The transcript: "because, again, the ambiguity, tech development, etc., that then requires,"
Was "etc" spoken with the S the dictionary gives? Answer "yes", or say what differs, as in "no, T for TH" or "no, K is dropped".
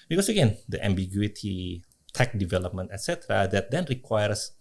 yes